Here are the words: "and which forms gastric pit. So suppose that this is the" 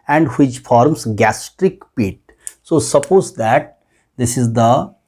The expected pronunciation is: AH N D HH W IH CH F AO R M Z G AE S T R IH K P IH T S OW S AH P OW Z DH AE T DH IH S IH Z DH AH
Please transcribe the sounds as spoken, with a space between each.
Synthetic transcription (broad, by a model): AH N D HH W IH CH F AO R M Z G AE S T R IH K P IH T S OW S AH P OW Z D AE T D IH S IH Z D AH